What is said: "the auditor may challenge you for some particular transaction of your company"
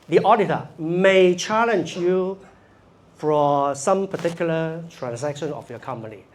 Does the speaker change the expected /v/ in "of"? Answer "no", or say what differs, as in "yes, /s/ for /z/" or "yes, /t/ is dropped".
yes, /f/ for /v/